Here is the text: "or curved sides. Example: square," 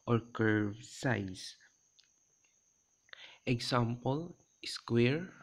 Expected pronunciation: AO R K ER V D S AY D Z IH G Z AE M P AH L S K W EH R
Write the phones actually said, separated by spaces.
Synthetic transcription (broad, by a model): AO R K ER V S AY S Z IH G S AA M P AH L S K W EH R